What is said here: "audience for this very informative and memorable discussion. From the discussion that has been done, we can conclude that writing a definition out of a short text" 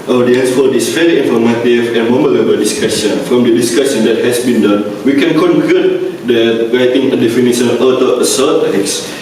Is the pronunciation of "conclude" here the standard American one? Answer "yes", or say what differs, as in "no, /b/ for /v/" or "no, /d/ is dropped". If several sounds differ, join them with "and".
no, /l/ is dropped